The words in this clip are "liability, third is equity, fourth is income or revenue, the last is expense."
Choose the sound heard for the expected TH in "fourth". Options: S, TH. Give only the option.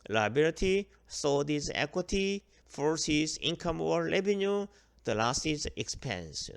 S